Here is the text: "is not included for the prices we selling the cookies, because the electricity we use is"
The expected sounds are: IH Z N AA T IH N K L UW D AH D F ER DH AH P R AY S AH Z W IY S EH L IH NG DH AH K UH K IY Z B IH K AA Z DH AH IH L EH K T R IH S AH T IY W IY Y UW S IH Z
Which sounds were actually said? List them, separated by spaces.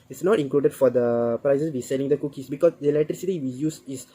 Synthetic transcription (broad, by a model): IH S N AA T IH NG K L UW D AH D F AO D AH P R AY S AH S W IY S EH L IH NG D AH K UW K IY S B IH K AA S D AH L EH T R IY S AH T IY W IY Y UW S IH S